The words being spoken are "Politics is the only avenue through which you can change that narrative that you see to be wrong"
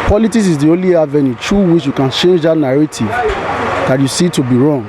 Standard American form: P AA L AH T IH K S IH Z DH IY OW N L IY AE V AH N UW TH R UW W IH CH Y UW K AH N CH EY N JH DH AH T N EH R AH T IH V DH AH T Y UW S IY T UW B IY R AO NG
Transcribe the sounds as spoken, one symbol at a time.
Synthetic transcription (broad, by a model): P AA L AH T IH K S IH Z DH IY OW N L IY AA V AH N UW T R UW W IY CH Y UW K AH N CH EY N JH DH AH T N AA R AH T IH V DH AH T Y UW S IY T UW B IY R AO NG